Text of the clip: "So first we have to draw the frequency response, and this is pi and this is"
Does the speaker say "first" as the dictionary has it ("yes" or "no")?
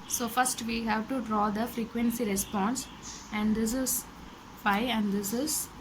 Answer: yes